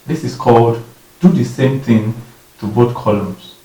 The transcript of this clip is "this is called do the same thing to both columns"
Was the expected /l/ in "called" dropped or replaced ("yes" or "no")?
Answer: no